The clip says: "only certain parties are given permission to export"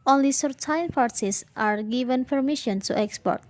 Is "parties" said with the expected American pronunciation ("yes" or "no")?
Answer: no